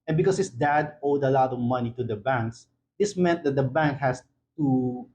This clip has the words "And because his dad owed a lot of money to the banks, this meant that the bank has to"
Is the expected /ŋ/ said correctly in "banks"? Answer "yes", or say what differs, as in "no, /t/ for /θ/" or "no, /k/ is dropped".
yes